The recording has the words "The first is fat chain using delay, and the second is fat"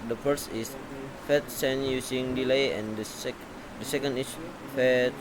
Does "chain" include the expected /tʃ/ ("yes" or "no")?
no